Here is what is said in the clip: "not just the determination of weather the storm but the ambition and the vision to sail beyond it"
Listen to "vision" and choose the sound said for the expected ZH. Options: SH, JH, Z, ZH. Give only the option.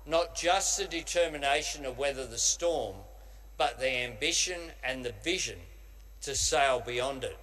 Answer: ZH